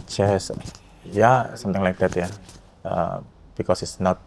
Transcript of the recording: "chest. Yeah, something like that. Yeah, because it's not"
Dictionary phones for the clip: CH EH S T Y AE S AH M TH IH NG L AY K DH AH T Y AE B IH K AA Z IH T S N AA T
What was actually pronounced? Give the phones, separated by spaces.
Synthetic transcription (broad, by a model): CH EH S Y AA S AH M T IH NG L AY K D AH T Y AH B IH K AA S IH T S N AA T